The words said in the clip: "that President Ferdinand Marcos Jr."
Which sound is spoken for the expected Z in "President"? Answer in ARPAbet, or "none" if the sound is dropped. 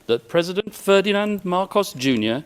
Z